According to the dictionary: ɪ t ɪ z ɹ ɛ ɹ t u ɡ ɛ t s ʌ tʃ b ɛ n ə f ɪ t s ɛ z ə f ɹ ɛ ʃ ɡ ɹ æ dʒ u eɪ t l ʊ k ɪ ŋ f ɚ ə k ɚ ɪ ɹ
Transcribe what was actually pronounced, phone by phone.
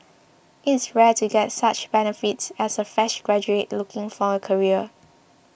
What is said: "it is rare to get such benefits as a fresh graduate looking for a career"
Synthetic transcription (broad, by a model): ɪ t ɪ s ɹ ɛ t u ɡ ɛ t s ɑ tʃ b ɛ n ə f ɪ t s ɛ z ə f ɛ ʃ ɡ ɹ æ dʒ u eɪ t l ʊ k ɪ ŋ f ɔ ə k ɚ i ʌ